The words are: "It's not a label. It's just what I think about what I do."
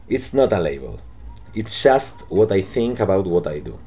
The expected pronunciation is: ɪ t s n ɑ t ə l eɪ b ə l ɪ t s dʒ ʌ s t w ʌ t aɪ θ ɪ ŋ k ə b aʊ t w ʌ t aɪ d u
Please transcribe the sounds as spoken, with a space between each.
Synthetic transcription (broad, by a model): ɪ t s n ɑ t ə l eɪ b ə l ɪ t s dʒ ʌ s t w ʌ t aɪ θ ɪ ŋ k ə b aʊ t w ʌ t aɪ d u